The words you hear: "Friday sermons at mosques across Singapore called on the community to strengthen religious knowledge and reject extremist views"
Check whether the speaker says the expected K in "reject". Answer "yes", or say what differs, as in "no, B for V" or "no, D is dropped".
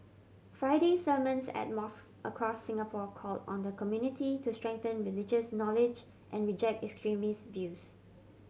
yes